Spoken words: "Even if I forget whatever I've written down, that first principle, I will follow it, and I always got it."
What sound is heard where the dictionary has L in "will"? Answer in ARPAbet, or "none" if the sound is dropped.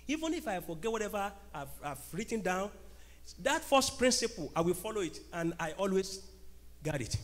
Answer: L